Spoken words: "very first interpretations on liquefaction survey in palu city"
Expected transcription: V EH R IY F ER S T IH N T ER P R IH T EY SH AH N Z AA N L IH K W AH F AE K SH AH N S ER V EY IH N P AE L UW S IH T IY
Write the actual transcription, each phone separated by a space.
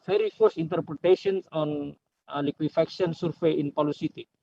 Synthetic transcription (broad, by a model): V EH R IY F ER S IH N T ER P R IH T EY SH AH N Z AA N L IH K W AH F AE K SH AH N S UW F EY IH N P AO L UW S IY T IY